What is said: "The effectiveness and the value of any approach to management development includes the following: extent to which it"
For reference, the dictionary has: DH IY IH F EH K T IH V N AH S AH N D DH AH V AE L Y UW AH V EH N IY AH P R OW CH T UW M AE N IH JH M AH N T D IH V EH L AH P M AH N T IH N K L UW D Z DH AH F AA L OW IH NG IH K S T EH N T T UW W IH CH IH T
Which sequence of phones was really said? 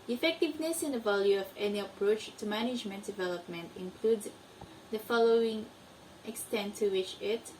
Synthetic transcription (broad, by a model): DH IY IH F EH K T IH V N AH S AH N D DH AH V AE L Y UW AH V EH N IY AH P R OW CH T UW M AE N IH JH M AH N T D IH V EH L AH P M AH N T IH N K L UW D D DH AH F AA L OW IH NG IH K S T EH N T T UW W IH CH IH T